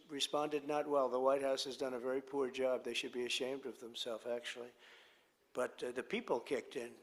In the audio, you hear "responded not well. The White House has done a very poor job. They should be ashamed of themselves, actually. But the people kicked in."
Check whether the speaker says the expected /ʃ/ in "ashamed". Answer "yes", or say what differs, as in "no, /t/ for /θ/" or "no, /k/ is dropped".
yes